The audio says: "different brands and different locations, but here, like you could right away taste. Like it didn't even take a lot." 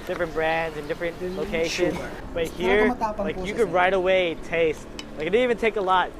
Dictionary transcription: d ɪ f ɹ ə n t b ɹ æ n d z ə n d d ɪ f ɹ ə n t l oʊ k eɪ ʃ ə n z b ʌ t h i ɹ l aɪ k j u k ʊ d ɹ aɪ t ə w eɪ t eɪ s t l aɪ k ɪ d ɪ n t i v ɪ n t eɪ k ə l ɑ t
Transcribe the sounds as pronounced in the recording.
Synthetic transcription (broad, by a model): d ɪ f ɹ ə n b ɹ æ n d z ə n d d ɪ f ɹ ə n t l oʊ k eɪ ʃ ə n z b ʌ t h i ɹ l aɪ k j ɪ k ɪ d ɹ aɪ t ə w eɪ t eɪ s t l aɪ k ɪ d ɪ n i v ɪ n t eɪ k ə l ɑ t